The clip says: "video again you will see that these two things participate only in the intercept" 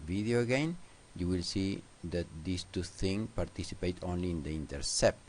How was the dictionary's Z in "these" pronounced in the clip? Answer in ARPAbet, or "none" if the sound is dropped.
S